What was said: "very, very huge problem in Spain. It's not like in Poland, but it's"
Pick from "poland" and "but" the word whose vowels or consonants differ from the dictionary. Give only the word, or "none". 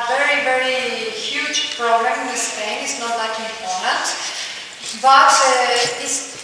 poland